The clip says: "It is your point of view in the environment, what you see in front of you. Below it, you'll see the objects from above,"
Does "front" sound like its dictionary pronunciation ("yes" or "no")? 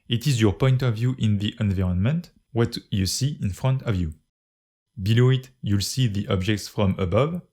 yes